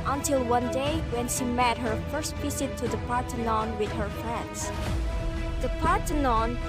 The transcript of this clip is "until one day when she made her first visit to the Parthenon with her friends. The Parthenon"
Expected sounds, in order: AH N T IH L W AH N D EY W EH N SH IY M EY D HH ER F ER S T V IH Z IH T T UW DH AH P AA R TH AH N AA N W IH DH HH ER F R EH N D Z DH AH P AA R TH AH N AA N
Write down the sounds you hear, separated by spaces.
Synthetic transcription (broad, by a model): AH N T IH L W AH N D EY W EH N SH IY M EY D HH ER F ER S T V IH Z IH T T UW DH AH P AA R T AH N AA N W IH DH HH ER F R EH N D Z DH AH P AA R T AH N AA N